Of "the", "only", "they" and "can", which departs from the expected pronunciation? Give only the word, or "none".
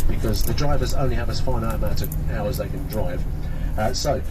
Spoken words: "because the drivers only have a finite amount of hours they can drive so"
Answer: none